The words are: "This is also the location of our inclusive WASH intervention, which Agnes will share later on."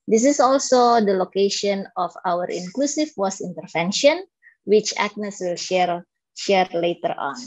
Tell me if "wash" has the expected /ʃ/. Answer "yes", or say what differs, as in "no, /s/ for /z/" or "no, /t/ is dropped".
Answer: no, /s/ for /ʃ/